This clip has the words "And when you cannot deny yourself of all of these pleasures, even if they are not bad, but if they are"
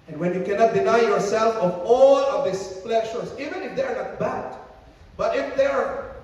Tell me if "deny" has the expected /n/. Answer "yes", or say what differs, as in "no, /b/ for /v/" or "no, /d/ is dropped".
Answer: yes